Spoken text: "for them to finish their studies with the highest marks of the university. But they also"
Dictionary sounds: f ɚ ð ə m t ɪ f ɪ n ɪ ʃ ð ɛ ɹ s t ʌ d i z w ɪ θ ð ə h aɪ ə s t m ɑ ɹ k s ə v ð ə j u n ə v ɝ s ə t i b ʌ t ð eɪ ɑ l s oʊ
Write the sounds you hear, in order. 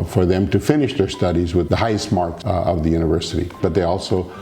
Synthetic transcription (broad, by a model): f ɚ ð ə m t ɪ f ɪ n ɪ ʃ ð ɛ ɹ s t ʌ d i z w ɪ ð ə h aɪ ə s t m ɑ ɹ k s ə v ð ə j u n ə v ɝ s ə t i b ʌ t ð eɪ ɑ l s oʊ